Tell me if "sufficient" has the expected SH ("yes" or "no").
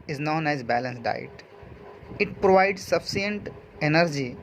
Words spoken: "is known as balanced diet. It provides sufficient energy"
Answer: no